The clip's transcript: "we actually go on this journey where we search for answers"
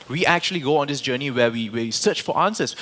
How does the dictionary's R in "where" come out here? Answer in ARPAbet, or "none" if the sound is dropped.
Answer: W